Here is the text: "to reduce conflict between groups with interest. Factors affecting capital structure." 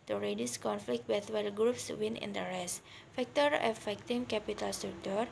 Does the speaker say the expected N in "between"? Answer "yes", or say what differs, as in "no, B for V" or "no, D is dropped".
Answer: no, L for N